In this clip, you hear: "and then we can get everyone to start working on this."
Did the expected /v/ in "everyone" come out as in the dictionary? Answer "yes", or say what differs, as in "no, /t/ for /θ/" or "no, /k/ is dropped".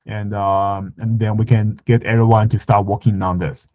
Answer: no, /v/ is dropped